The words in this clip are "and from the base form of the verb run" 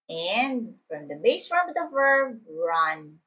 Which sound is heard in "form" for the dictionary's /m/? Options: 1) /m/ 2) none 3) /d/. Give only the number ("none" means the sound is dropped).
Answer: 2